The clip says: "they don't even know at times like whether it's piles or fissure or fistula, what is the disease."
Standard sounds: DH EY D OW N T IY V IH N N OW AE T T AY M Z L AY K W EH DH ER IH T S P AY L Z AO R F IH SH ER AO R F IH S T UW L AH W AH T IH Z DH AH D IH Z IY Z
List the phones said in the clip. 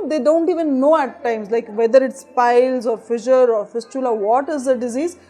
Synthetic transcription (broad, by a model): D EY D OW N T IY V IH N N OW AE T T AY M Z L AY K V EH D ER IH T S P AY L Z AO R F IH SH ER AO R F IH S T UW L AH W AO T IH Z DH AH D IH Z IY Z